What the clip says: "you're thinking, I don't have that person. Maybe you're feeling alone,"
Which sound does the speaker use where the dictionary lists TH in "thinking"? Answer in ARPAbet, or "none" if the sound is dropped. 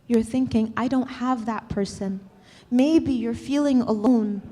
TH